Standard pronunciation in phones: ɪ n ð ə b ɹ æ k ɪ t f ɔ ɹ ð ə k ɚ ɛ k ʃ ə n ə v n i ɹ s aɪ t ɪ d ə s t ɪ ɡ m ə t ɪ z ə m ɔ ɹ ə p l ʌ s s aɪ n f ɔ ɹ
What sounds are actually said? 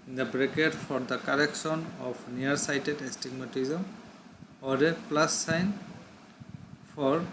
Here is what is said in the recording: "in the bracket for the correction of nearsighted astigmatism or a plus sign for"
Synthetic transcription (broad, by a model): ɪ n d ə b ɹ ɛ k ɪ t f ɔ ɹ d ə k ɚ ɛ k s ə n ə p n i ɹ s aɪ t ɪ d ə s t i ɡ m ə t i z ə m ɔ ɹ ə p l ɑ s s aɪ n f ɔ ɹ